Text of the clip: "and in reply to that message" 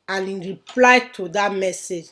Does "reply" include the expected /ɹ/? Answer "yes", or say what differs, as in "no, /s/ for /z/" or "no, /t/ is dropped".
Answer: yes